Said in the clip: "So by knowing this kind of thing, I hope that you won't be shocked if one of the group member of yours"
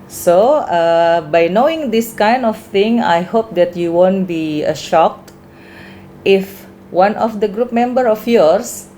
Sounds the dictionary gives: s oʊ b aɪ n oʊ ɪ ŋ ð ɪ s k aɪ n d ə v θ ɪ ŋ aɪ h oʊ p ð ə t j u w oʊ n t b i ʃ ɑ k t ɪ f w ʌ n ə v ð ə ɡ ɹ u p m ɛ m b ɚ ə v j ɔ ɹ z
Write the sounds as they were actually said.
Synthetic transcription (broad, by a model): s oʊ b aɪ n oʊ ɪ ŋ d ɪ s k aɪ n d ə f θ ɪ ŋ aɪ h oʊ p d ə t j u w oʊ n t b i ʃ ɑ k t ɪ f w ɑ n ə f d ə ɡ ɹ u p m ɛ m b ɚ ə f j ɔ ɹ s